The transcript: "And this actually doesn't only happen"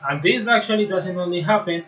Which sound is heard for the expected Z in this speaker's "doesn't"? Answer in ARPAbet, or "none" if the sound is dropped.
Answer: S